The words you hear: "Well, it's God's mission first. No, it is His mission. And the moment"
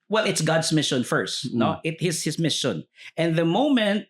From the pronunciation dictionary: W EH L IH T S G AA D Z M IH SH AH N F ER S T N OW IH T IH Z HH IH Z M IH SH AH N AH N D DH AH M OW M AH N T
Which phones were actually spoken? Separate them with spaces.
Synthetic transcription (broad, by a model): W EH L IH T S G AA D S M IH SH AH N F ER S T N OW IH T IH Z HH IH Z M IH SH AH N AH N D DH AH M OW M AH N T